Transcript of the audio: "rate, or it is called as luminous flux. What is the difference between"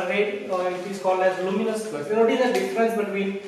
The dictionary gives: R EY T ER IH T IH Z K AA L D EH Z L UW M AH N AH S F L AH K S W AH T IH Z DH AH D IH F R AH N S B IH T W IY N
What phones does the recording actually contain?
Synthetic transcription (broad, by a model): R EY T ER IH T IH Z K AA L D EH Z L UW M AH N AH S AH S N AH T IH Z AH D IH F R AH N S B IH T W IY N